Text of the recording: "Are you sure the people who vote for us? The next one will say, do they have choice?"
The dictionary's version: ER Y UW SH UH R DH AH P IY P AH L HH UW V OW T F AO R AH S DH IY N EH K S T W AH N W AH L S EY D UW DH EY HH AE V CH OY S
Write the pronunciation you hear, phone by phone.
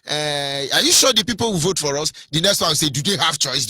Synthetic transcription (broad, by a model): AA Y UW SH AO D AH P IY P AH L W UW V OW T F AO R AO S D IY N EH K S T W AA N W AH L S EY D UW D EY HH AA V CH OY S